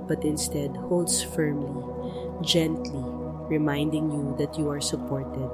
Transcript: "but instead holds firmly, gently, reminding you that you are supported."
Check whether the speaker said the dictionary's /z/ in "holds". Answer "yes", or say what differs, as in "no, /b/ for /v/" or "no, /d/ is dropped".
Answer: no, /s/ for /z/